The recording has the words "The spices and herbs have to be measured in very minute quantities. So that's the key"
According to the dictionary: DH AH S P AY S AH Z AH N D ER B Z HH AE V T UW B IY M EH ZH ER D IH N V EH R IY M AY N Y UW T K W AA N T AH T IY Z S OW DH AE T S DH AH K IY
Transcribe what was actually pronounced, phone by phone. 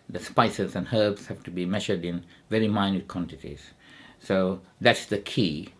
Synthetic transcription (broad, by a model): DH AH S P AY S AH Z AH N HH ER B S HH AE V T UW B IY M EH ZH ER D IH N V EH R IY M AY N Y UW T K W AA N T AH T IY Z S OW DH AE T S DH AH K IY